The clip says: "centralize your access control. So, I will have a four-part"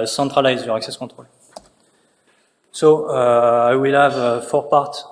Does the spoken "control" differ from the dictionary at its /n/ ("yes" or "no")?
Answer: yes